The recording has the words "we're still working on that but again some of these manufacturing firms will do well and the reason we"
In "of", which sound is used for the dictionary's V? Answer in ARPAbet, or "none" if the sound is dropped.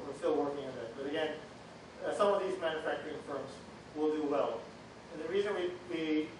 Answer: V